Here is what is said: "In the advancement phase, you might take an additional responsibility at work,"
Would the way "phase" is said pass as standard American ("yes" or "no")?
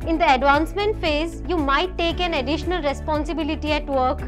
yes